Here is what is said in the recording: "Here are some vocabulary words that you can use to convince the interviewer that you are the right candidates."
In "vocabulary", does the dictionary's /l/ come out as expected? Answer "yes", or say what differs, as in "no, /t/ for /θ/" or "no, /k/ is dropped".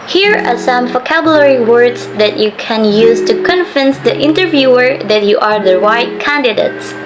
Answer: yes